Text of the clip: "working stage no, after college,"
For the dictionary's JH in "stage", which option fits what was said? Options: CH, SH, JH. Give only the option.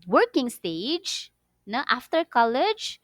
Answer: JH